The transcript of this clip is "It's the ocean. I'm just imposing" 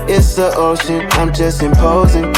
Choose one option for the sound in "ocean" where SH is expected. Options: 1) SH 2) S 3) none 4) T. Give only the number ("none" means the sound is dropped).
2